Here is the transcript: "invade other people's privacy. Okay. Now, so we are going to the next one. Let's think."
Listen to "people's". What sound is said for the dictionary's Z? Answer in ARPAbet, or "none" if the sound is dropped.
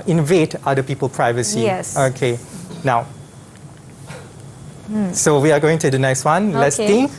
none